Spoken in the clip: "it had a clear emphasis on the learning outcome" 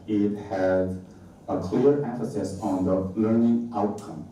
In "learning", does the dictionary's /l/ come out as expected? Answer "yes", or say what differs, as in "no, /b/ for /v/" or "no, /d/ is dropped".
yes